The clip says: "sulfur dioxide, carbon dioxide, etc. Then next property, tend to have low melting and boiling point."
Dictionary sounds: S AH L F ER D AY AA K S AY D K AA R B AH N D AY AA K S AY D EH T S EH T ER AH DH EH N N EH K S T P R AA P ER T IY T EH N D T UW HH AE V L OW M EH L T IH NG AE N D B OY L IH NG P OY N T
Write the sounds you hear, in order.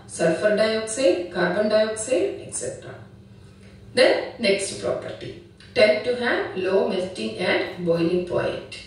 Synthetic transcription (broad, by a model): S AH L F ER D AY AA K S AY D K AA R B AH N D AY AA K S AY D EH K S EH T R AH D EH N N EH K S T P R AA P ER T IY T EH N D T UW HH AE V L OW M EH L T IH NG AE N D B OY L IH NG P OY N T